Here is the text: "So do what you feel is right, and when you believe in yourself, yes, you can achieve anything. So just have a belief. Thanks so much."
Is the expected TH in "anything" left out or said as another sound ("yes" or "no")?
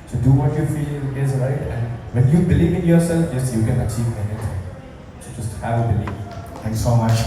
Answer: yes